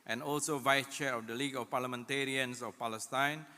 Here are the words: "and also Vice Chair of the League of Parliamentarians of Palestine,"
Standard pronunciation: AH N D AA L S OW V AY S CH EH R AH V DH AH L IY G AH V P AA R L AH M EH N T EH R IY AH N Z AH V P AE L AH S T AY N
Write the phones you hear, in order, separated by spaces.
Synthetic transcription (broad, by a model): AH N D AA L S OW V AY S CH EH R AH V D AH L IY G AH F P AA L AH M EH N T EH R IY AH N S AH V P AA L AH S T AY N